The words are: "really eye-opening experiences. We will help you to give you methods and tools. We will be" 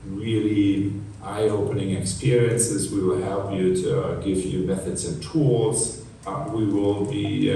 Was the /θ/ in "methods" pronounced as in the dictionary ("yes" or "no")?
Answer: yes